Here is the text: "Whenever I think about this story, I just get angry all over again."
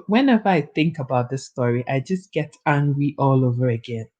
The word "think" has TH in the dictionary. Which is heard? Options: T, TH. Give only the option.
TH